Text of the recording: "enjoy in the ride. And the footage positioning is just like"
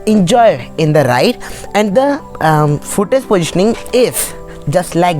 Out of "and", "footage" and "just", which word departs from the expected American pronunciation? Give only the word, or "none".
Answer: footage